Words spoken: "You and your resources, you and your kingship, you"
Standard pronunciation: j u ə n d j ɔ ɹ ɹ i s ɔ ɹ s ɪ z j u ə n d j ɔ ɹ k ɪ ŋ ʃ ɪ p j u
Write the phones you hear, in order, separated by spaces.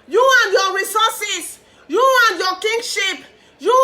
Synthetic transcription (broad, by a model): j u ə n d j ɔ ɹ ɹ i s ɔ s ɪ s j u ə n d j ɔ k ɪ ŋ ʃ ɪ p j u